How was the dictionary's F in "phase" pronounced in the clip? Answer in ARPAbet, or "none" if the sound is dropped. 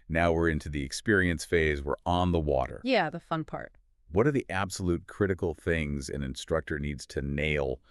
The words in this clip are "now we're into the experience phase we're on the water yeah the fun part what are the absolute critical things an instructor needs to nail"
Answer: F